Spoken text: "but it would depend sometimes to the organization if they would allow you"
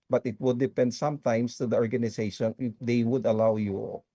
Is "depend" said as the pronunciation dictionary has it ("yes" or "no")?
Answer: yes